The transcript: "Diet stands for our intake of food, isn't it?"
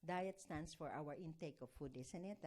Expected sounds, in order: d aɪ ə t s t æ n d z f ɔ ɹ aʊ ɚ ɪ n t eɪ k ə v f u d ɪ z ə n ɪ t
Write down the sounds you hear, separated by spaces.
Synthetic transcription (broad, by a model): d aɪ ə t s t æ n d s f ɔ ɹ aʊ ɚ ɪ n t eɪ k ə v f u d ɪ s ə n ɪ t